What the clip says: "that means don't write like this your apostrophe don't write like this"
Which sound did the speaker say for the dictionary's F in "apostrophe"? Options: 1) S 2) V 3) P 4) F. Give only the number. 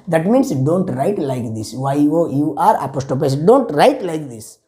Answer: 3